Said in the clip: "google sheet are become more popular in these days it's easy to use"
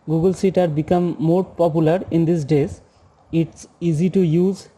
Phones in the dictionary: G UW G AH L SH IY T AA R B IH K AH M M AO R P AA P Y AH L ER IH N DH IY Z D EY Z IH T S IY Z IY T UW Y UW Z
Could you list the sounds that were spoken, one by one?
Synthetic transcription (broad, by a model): G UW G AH L S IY T AA R B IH K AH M M AO R P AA P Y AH L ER IH N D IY S D EY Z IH T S IY Z IY T UW Y UW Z